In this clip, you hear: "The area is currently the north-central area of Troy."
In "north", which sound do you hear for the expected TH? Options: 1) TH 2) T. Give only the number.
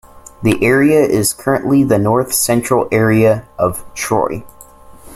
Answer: 1